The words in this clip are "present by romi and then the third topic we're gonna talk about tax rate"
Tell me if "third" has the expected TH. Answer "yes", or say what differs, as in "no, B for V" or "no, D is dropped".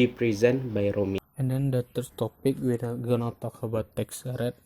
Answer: no, T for TH